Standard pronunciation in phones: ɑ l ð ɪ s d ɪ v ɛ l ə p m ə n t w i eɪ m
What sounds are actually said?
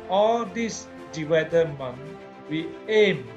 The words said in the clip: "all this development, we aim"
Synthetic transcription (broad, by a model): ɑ l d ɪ s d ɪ w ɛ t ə m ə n w i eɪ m